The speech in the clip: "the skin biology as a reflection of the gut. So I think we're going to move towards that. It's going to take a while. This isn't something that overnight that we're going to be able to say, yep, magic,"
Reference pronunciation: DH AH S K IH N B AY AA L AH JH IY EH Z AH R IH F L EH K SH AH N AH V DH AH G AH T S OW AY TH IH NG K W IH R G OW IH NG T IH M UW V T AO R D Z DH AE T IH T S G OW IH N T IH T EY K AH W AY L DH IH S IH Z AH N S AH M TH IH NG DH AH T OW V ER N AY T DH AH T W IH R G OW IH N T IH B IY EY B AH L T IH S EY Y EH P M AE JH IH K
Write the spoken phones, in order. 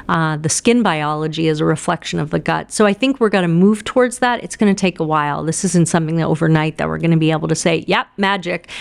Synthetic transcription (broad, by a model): DH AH S K IH N B AY AA L AH JH IY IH Z AH R IH F L EH K SH AH N AH V DH AH G AH T S OW AY TH IH NG K W IH R G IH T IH M UW V T AO R D Z DH AE T IH T S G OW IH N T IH T EY K AH W AY L DH IH S IH Z AH N S AH M TH IH NG DH AH T OW V ER N AY T DH AH T W IH R G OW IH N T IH B IY EY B L T IH S EY Y EH P M AE JH IH K